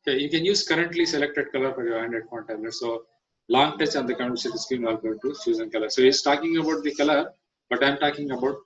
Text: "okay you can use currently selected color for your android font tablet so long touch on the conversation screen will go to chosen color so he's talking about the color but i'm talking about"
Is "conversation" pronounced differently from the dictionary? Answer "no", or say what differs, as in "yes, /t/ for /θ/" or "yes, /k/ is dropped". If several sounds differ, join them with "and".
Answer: yes, /v/ is dropped